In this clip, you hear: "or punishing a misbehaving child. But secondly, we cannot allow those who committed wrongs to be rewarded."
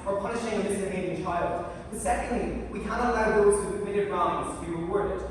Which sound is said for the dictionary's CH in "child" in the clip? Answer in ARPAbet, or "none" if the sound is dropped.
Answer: CH